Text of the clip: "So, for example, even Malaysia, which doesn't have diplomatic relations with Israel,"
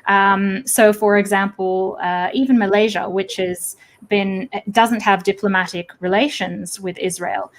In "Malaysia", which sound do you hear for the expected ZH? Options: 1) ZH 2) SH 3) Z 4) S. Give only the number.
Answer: 1